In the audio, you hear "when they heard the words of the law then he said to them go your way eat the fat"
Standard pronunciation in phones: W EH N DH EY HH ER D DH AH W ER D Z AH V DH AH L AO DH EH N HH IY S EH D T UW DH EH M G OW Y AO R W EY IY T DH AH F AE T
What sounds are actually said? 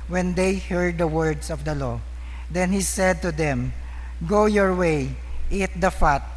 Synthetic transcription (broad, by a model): W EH N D EY HH ER D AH W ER D S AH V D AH L AO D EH N HH IY S EH D T UW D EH M G OW Y AO R W EY IY T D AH F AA T